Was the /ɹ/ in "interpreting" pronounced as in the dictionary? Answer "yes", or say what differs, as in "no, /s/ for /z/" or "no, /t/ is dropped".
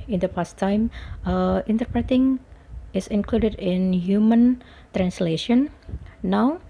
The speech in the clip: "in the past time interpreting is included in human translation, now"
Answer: yes